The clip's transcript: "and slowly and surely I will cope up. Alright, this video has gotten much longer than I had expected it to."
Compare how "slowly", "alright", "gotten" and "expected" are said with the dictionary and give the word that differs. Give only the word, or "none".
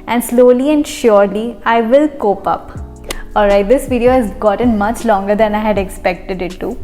none